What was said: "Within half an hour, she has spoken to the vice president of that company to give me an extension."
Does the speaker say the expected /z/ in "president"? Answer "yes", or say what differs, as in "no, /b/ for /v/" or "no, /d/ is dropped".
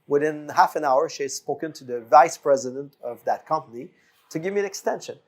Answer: yes